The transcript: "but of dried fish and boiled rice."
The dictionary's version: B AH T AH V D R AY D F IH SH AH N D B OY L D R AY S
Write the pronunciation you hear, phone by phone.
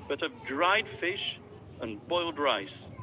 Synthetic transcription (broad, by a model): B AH T AH V D R AY D F IH SH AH N B OY L D R AY S